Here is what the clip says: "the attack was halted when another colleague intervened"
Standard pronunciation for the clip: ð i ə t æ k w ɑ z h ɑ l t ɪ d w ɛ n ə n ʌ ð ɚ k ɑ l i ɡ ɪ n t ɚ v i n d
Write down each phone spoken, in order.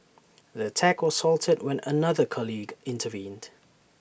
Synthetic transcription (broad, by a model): ð i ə t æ k w ɑ z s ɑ l t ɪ d w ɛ n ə n ʌ ð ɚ k ɑ l i ɡ ɪ n t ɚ v i n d